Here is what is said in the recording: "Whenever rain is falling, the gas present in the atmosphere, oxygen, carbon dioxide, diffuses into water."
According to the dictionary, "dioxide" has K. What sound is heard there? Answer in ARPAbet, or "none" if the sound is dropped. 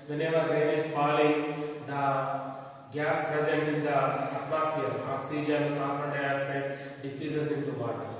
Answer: none